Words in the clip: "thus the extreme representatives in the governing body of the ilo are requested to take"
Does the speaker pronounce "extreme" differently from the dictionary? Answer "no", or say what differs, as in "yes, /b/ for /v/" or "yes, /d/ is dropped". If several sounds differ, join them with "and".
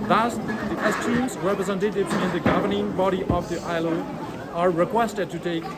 yes, /k/ is dropped and /ɹ/ is dropped